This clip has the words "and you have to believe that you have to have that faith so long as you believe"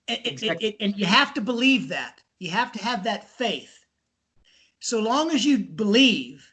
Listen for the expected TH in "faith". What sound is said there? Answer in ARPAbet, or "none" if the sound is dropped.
TH